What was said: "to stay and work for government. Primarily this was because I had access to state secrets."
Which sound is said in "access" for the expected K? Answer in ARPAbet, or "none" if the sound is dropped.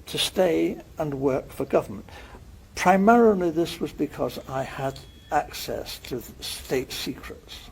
K